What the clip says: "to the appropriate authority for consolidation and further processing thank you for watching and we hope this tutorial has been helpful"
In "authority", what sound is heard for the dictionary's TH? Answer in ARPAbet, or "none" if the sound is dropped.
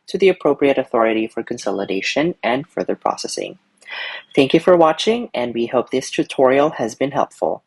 TH